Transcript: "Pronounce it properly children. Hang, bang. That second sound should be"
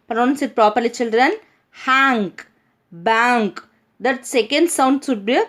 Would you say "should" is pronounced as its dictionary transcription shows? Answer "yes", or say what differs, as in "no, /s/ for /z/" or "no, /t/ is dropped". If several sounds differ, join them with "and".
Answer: no, /s/ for /ʃ/